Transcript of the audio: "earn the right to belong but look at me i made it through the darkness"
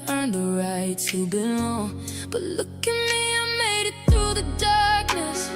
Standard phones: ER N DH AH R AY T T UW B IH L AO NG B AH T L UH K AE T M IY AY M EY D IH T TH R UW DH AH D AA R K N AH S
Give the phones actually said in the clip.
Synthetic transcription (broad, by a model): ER N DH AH R AY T T UW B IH N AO B AH T L UH K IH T M IY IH M EY D IH T TH R UW DH AH D AA R K N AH S